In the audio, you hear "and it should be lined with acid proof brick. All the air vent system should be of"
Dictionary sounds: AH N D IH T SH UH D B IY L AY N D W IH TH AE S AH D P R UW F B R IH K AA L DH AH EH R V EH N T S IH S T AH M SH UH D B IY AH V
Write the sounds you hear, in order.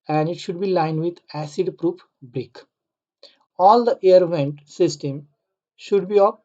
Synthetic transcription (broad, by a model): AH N D IH T SH UH D B IY L AY N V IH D AE S AH D P R UW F B R IH K AA L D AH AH R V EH N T S IH S T AH M SH UH D B IY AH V